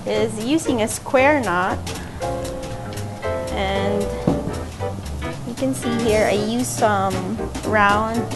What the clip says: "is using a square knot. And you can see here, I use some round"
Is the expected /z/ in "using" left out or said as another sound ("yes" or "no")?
no